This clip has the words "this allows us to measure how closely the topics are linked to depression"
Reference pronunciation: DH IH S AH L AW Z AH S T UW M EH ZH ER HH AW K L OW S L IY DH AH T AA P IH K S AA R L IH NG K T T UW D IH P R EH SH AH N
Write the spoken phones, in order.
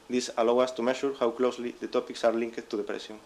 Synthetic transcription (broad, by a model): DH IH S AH L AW AA S T UW M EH SH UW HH AW K L OW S L IY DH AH T AA P IH K S AA R L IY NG K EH T UW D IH P R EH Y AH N